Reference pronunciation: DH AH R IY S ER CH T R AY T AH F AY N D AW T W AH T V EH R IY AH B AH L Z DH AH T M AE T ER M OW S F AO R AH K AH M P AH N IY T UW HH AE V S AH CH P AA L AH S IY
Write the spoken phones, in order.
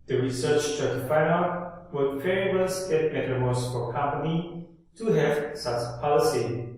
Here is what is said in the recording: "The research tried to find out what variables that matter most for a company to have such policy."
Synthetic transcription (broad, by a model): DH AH R IY S ER CH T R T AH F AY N AW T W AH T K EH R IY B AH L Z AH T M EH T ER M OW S F AO R K AH M P AH N IY T UW HH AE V S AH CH P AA L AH S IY